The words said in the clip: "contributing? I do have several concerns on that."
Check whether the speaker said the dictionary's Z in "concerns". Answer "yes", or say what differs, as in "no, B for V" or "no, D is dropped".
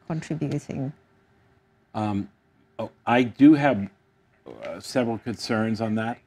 yes